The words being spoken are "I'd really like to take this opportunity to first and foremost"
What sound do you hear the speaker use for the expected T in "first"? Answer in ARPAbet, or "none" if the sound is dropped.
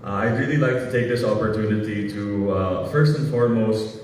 T